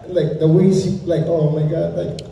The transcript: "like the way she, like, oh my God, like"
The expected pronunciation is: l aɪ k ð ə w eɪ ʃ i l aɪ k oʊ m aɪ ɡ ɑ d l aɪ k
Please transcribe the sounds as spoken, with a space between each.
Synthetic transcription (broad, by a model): l aɪ k ð ə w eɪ s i l aɪ k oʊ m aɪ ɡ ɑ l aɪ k